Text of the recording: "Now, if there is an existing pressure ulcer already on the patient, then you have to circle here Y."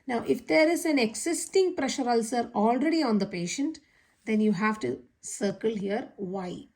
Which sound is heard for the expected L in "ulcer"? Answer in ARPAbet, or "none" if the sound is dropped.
L